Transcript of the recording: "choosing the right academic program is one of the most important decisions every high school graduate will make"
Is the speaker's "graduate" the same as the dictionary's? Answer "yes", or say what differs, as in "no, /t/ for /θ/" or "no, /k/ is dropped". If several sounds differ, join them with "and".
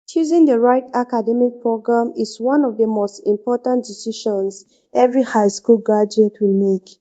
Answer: no, /ɹ/ is dropped